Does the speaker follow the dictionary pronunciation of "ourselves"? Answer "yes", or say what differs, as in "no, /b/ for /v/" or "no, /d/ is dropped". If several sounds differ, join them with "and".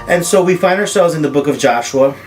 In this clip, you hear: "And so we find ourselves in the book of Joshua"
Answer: yes